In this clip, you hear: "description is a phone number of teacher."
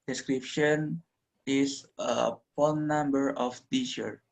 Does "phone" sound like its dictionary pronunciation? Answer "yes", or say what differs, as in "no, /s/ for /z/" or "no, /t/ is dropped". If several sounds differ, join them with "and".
no, /p/ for /f/